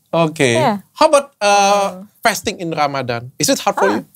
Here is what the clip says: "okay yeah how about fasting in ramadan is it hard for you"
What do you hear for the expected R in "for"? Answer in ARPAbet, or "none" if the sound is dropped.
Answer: L